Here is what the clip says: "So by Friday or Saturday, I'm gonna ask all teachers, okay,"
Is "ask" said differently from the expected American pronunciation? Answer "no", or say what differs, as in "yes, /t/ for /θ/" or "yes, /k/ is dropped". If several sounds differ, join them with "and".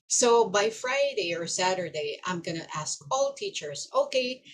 no